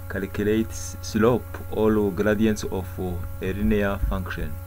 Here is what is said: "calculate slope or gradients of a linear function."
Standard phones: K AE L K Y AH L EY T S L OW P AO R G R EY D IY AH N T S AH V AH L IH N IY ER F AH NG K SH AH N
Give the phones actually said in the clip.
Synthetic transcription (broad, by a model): K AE L K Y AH L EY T S L OW P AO L G R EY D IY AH N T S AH F AH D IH N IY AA F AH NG K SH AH N